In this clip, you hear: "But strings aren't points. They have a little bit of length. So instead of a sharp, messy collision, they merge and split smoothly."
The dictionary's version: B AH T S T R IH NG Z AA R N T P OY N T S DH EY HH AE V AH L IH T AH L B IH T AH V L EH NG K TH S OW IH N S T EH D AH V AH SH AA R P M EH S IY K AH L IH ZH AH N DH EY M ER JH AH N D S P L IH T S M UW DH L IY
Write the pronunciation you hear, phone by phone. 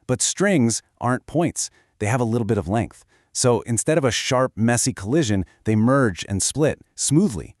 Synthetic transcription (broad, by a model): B AH T S T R IH NG Z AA R N P OY N T S DH EY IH V AH L IH T L B IH T AH V L EH NG K TH S OW IH N S T EH D AH V AH SH AA R P M EH S IY K AH L IH ZH AH N DH EY M ER JH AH N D S P L IH T S M UW DH L IY